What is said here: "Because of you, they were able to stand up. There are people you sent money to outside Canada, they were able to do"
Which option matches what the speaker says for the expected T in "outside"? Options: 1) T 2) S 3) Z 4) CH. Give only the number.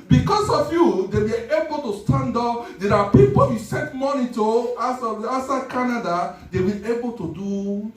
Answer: 2